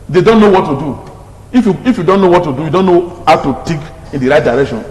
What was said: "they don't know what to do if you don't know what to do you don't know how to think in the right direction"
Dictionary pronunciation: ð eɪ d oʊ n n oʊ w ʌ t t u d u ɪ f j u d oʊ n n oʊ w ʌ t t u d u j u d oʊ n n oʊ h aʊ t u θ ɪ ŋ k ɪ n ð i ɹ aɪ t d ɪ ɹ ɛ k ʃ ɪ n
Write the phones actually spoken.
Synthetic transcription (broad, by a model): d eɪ d oʊ n n oʊ w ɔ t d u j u ɪ f j u d oʊ n n oʊ w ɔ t t u d u j u d oʊ n n oʊ h aʊ t u t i k ɪ n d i ɹ aɪ t d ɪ ɹ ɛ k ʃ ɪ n